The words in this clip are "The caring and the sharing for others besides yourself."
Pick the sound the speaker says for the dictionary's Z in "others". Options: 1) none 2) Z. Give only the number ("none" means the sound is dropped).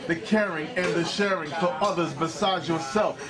2